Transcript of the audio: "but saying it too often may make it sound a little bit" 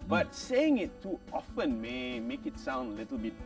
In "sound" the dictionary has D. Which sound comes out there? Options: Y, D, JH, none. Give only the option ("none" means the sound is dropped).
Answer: D